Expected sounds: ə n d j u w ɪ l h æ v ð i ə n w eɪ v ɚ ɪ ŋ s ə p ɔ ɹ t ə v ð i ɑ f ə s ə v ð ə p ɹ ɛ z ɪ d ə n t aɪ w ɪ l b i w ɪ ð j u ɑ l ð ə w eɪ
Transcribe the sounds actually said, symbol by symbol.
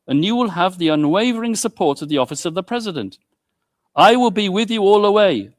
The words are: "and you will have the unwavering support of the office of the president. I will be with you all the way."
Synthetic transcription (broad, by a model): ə n j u w ɪ l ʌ v ð i ə n w eɪ v ɚ ɪ ŋ s ə p ɔ ɹ t ə v ð i ɑ f ə s ə v ð ə p ɹ ɛ z ɪ d ə n t aɪ w ɪ l b i w ɪ ð j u ɑ l ə w eɪ